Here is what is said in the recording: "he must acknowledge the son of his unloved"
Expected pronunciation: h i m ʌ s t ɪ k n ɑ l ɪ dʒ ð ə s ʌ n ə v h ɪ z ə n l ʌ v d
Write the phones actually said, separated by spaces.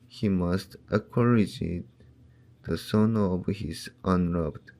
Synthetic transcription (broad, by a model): h i m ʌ s t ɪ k ɑ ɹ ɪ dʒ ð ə s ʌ n ə v h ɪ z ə n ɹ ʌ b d